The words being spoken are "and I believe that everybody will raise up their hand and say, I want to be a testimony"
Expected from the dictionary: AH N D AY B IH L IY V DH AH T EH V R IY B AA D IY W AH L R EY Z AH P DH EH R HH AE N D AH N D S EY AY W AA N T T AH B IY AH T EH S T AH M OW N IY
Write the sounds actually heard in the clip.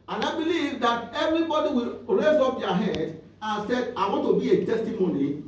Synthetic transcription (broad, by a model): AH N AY B IH L IY V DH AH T EH V R IY B AA D IY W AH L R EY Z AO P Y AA HH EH D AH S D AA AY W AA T T AH B IY AH T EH S T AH M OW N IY